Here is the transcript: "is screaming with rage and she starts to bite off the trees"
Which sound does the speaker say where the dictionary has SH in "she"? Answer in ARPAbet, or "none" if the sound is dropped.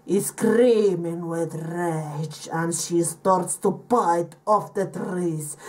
SH